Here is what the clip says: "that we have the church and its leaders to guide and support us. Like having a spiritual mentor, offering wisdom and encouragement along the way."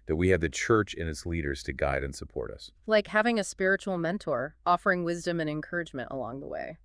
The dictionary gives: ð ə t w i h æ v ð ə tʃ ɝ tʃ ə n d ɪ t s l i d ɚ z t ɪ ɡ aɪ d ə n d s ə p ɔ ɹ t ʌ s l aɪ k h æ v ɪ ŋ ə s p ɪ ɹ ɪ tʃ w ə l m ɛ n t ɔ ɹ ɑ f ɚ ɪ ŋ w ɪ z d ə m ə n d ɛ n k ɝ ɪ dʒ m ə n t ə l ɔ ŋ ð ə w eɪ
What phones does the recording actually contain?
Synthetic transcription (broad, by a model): ð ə t w i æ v ð ə tʃ ɝ tʃ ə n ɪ t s l i d ɚ z t ɪ ɡ aɪ d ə n s ə p ɔ ɹ t ʌ s l aɪ k h æ v ɪ ŋ ə s p ɪ ɹ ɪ tʃ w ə l m ɛ n t ɔ ɹ ɑ f ɚ ɪ ŋ w ɪ z d ə m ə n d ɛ n k ɝ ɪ dʒ m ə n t ə l ɔ ŋ ð ə w eɪ